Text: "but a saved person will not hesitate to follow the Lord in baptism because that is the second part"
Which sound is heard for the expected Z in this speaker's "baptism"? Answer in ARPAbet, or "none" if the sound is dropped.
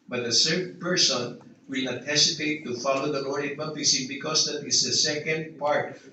S